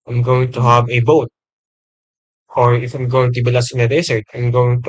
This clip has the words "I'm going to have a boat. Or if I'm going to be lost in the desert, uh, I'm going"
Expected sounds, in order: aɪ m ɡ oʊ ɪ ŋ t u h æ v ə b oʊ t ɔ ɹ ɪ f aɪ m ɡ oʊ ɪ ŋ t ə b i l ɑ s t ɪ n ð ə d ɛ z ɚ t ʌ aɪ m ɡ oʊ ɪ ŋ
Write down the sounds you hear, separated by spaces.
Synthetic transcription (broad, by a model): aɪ m ɡ oʊ ɪ ŋ t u h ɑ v ə b oʊ t ɔ ɹ ɪ f aɪ m ɡ oʊ ɪ ŋ t ə b i l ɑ s ɪ n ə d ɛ s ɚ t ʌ aɪ m ɡ oʊ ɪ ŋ